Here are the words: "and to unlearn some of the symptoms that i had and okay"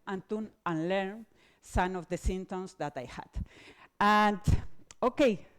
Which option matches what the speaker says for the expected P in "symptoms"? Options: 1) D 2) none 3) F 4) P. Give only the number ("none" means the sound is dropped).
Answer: 2